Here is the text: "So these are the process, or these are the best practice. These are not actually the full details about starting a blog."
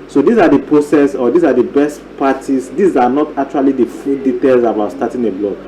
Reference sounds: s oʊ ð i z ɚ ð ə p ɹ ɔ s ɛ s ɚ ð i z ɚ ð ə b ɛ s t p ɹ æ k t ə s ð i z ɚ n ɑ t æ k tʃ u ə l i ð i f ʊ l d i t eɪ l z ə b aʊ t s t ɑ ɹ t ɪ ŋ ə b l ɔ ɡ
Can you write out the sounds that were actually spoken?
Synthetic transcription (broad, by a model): s oʊ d i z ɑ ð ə p ɹ ɔ s ɛ s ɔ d i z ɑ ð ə b ɛ s t p ɑ t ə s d i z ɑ n ɑ t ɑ k tʃ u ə l i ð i f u d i t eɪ l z ə b aʊ t s t ɑ t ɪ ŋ ə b l ɔ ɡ